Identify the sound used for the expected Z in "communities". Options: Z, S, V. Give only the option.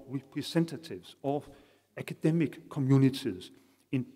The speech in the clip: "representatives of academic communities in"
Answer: S